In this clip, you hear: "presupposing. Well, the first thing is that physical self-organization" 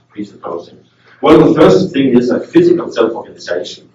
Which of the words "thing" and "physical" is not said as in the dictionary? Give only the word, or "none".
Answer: none